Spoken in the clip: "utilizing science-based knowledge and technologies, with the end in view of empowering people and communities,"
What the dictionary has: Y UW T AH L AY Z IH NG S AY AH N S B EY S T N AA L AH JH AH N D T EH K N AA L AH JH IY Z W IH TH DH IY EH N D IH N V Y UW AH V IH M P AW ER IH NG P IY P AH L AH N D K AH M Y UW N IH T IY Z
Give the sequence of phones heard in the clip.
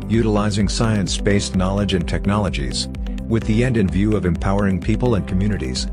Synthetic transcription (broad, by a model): Y UW T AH L AY Z IH NG S AY AH N S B EY S N AA L AH JH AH N T EH K N AA L AH JH IY Z W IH DH IY EH N D IH N V Y UW AH V IH M P AW ER IH NG P IY P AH L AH N K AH M Y UW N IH T IY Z